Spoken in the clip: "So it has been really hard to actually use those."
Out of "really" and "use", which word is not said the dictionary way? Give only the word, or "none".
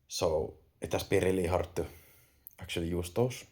none